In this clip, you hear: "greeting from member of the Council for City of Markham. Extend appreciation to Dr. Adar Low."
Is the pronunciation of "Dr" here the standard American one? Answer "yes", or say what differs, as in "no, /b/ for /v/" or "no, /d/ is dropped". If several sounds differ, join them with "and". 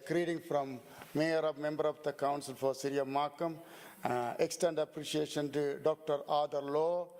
yes